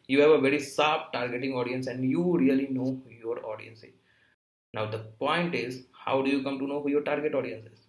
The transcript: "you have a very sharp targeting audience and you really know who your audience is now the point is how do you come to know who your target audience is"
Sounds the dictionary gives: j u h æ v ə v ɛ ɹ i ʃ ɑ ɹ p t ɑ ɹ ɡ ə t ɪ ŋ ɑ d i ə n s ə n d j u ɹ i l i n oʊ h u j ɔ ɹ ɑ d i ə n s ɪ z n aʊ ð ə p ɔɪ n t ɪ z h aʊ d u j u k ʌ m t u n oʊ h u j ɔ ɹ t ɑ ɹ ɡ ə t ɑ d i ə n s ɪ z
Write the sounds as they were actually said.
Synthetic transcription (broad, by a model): j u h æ v ə v ɛ ɹ i s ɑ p t ɑ ɹ ɡ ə t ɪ ŋ ɑ d i ə n s ə n d j u ɹ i l i n oʊ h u j ɔ ɹ ɑ d i ə n s ɪ z n aʊ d ə p ɔɪ n t ɪ z h aʊ d u j u k ʌ m t u n oʊ h u j ɔ ɹ t ɑ ɹ ɡ ə t ɑ d i ə n s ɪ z